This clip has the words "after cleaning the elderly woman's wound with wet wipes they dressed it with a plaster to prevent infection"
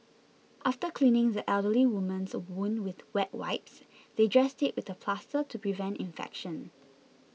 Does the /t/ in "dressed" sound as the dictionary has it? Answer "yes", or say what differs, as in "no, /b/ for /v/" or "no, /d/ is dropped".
yes